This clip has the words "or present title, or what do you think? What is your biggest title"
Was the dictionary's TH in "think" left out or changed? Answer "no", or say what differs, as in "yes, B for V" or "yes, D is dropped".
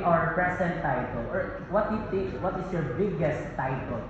yes, T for TH